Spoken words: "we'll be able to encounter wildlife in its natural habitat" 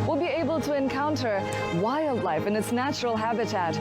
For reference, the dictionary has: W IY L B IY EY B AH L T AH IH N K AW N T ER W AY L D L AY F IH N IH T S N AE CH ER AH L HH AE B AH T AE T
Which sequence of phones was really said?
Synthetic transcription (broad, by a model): W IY L B IY EY B AH L T AH IH N K AW N T ER W AY L D L AY F IH N IH T S N AE CH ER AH L HH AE B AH T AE T